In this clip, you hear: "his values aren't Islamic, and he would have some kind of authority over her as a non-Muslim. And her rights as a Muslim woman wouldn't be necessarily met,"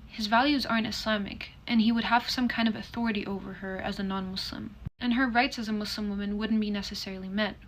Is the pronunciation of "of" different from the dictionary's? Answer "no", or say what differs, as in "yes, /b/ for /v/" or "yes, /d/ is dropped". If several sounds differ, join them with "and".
no